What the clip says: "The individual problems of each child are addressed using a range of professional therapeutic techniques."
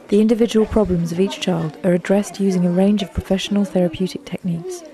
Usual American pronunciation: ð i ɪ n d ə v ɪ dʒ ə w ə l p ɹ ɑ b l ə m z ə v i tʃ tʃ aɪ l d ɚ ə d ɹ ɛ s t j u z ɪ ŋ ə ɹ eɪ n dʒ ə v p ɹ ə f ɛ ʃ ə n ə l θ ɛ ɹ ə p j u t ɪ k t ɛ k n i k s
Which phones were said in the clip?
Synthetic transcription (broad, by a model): ð i ɪ n d ə v ɪ dʒ ə w ə l p ɹ ɑ b l ə m z ə v i tʃ tʃ aɪ l d ɚ ə d ɹ ɛ s t j u z ɪ ŋ ə ɹ eɪ n dʒ ə v p ɹ ə f ɛ ʃ ə n ə l θ ɛ ɹ ə p j u t ɪ k t ɛ k n i k s